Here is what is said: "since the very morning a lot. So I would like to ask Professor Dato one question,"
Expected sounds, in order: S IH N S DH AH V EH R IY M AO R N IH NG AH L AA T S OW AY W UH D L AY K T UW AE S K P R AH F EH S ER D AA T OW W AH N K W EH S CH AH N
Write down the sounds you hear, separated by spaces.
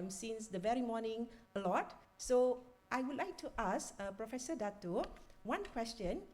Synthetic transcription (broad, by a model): S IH N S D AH V EH R IY M AO N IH NG AH L AA T S OW AY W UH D L AY K T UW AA S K P R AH F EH S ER D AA T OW W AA N K W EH S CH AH N